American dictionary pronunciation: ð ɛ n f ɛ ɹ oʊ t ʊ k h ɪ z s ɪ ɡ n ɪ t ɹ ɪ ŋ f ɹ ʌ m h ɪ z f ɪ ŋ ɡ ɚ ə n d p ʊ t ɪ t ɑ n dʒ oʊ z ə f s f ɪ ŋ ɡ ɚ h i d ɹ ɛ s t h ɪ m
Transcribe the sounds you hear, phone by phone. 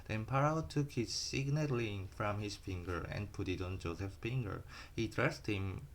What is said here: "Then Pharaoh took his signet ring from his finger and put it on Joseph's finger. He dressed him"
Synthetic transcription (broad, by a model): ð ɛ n p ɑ ɹ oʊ t ʊ k h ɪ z s ɪ ɡ n ɪ t l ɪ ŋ f ɹ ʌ m h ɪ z f ɪ ŋ ɡ ɚ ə n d p ʊ t ɪ t ɑ n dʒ oʊ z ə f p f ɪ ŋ ɡ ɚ h i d ɹ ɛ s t h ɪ m